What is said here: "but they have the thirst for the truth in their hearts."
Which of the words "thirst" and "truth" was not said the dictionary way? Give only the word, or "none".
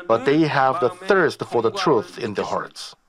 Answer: none